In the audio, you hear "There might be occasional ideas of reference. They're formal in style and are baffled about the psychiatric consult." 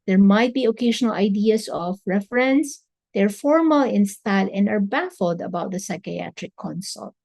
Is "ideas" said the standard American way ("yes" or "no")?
no